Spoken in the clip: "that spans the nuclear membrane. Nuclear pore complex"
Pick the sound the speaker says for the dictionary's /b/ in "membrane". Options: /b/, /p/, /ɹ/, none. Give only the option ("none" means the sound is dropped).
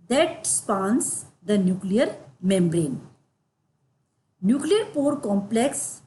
/b/